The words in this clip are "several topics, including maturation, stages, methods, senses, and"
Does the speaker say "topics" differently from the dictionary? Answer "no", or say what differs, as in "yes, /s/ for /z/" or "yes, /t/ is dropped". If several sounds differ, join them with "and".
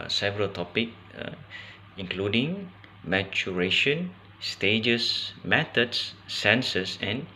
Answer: yes, /s/ is dropped